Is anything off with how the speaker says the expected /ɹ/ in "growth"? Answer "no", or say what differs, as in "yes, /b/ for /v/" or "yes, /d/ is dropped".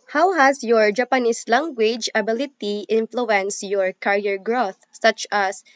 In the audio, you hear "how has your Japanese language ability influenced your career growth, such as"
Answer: no